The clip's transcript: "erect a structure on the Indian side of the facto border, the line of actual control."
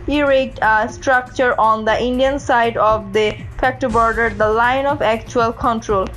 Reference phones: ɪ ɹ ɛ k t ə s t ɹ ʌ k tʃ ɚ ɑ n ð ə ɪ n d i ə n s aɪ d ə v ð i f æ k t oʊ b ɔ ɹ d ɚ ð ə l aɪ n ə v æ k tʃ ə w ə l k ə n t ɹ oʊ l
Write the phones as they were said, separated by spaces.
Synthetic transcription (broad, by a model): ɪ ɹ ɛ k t ə s t ɹ ʌ k tʃ ɚ ɑ n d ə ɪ n d i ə n s aɪ d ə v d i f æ k t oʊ b ɔ ɹ d ɚ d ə l aɪ n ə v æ k tʃ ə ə l k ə n t ɹ oʊ l